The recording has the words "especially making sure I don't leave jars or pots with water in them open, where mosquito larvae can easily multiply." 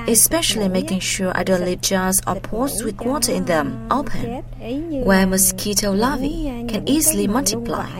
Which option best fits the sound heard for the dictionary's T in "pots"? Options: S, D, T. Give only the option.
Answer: S